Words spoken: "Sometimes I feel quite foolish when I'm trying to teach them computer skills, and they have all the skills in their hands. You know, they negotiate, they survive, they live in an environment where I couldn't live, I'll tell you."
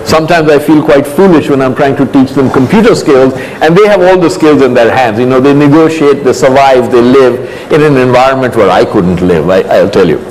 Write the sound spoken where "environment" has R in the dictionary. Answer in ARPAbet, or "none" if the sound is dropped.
R